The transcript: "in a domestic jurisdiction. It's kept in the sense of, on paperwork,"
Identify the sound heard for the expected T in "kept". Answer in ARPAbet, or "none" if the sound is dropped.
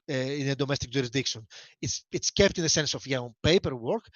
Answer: T